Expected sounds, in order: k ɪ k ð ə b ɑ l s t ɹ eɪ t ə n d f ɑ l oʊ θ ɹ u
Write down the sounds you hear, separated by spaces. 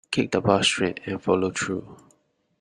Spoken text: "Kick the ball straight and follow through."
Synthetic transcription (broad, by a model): k ɪ k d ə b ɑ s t ɹ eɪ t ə n f ɑ l oʊ t ɹ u